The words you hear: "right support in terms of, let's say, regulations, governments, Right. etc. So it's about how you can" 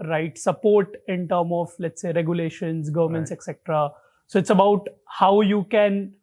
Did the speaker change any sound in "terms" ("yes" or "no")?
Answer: yes